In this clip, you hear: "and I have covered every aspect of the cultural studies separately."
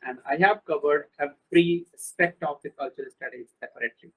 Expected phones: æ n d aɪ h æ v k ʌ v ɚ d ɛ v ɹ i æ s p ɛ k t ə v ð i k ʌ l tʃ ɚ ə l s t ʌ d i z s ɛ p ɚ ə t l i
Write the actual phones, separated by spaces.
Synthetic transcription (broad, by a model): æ n d aɪ h æ v k ʌ v ɚ d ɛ f ɹ i s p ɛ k t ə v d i k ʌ l tʃ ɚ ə l s t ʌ d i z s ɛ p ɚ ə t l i